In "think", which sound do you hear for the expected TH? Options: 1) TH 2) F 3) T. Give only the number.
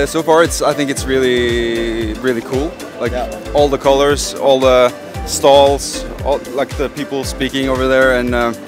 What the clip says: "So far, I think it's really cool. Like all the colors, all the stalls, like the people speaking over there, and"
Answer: 1